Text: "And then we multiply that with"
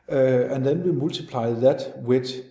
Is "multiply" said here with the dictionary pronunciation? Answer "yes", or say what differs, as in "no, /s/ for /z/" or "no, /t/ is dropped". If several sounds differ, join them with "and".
no, /s/ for /t/